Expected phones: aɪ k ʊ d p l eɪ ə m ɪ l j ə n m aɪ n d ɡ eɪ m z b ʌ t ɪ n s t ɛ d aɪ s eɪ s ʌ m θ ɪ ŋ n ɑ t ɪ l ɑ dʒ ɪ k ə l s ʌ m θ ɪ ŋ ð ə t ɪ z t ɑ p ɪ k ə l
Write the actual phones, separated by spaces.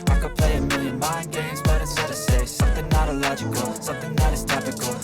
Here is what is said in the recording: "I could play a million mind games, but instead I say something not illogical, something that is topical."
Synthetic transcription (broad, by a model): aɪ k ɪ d p l eɪ ə m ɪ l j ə n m aɪ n ɡ eɪ m z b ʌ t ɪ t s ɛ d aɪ s eɪ s ʌ m θ ɪ ŋ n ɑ t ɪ l ɑ dʒ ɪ k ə l s ʌ m θ ɪ ŋ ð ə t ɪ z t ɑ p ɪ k l